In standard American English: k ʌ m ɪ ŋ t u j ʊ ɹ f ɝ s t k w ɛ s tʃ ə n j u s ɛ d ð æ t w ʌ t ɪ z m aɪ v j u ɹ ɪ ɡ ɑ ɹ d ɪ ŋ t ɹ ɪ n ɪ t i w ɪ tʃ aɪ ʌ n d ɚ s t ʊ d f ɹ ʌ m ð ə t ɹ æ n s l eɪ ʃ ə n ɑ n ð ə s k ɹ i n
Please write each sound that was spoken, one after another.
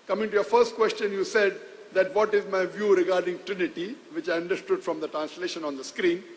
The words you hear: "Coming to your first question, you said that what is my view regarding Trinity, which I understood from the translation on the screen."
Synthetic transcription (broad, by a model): k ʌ m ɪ ŋ t u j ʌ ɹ f ɝ s t k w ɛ s tʃ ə n j u s ɛ d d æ t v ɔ t ɪ z m aɪ v j u ɹ ɪ ɡ ɑ ɹ d ɪ ŋ t ɹ ɪ n ɪ t i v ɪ tʃ aɪ ʌ n d ɚ s t ʊ d f ɹ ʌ m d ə t ɹ æ n s l eɪ ʃ ə n ɑ n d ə s k ɹ i n